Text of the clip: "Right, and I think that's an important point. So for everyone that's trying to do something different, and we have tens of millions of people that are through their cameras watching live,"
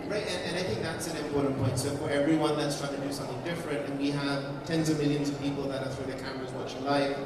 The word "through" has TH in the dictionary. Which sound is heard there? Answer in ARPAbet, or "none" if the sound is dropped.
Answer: TH